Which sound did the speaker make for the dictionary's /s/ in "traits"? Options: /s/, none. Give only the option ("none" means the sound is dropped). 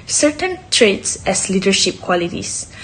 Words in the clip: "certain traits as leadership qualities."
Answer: /s/